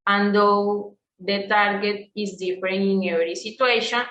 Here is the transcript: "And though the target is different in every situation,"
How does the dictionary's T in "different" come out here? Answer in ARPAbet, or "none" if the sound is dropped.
none